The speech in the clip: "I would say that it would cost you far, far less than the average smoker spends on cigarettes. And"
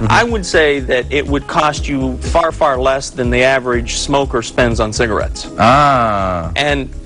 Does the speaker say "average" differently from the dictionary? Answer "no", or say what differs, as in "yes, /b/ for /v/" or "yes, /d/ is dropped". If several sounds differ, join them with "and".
no